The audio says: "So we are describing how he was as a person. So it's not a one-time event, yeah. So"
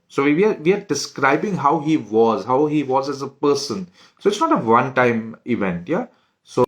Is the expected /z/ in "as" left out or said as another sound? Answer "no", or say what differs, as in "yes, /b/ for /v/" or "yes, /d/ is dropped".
no